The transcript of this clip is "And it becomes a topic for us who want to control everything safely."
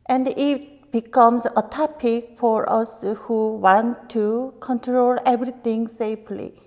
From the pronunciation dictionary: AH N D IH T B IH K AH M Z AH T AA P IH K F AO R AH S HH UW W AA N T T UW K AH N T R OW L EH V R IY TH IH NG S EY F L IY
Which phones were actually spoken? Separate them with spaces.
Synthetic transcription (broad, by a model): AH N D IH T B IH K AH M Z AH T AA P IH K F AO R AH S HH UW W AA N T T UW K AH N T R OW L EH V R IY T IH NG S EY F L IY